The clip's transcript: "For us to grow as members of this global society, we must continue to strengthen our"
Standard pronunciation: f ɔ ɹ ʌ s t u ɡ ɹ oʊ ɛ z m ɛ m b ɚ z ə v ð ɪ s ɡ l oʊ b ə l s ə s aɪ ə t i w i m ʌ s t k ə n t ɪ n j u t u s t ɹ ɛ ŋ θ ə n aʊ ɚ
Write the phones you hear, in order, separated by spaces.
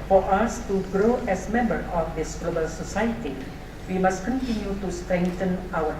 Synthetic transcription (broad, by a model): f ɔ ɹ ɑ s t u ɡ ɹ oʊ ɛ s m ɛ m b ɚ ə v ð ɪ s ɡ l oʊ b ə l s ə s aɪ ə t i w i m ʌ s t k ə n t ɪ n j u t u s t ɹ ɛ ŋ t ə n aʊ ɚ